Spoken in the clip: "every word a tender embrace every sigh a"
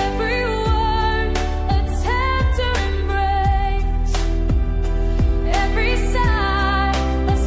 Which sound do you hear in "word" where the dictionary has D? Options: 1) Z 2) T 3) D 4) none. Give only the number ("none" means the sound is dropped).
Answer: 4